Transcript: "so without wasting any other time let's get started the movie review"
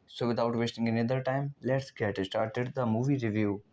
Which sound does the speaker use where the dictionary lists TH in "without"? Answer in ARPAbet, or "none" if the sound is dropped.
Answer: T